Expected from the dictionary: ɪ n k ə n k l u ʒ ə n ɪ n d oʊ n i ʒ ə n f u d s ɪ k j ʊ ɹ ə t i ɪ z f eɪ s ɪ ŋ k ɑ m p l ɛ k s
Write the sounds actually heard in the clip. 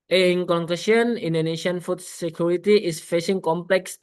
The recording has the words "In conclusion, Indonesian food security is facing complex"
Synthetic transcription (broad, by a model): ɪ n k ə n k u s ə n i n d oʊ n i ʃ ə n f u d s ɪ k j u ɹ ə t i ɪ s f eɪ s ɪ ŋ k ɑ m p l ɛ k s